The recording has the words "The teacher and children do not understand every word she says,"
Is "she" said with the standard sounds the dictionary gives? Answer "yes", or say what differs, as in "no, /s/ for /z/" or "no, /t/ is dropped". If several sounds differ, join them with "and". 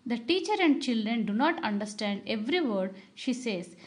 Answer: yes